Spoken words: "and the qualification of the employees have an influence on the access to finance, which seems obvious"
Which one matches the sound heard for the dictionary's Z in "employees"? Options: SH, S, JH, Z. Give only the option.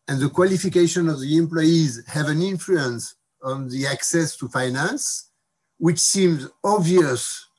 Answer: Z